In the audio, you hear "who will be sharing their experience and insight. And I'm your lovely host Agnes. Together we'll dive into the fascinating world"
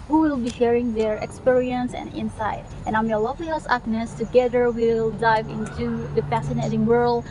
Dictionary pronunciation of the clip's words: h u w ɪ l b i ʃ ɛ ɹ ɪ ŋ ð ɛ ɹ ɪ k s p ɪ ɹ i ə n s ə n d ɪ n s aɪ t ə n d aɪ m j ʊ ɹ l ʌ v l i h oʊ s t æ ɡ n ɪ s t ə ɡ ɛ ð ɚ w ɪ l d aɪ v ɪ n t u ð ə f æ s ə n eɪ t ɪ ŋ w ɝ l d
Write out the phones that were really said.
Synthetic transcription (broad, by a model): h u w ɪ l b i ʃ ɛ ɹ ɪ ŋ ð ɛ ɹ ɪ k s p ɪ ɹ i ə n s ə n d ɪ n s aɪ t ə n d aɪ m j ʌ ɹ l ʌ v l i h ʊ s æ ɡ n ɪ s t ə ɡ ɛ ð ɚ w ɪ l d aɪ v ɪ n t u ð ə f æ s ə n eɪ t ɪ ŋ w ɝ l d